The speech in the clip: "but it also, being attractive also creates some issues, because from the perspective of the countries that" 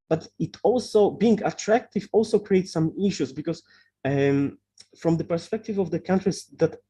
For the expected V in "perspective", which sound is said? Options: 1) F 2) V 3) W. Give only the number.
2